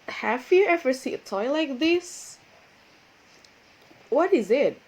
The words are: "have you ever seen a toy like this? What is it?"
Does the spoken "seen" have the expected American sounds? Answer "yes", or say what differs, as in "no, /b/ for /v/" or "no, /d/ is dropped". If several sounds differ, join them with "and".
no, /n/ is dropped